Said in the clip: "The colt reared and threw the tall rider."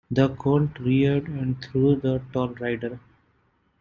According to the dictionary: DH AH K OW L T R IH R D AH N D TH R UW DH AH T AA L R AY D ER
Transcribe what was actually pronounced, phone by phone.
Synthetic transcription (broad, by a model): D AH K OW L T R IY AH D AH N D T R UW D AH T AA L R AY D ER